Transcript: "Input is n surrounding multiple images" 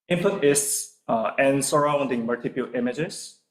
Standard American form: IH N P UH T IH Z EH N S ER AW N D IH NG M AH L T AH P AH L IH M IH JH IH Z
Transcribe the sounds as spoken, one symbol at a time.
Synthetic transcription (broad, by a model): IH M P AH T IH S EH N S ER AW N D IH NG M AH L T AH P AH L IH M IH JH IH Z